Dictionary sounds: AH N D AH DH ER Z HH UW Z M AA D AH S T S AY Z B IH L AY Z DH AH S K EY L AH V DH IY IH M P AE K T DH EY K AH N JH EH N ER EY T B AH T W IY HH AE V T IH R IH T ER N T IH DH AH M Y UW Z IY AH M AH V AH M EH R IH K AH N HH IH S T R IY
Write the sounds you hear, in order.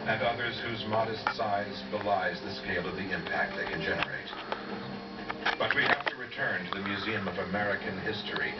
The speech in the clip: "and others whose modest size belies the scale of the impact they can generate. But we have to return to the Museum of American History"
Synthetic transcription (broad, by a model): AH N AH DH ER Z HH UW Z M AA D AH S T S AY Z B IH L AY Z DH AH S K EY L AH V DH IY IH M P AE K T DH EY K AH N JH EH N ER EY T B AH T W IY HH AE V T IH R IH T ER N T IH DH AH M Y UW Z IY AH M AH V AH M EH R IH K AH N HH IH S T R IY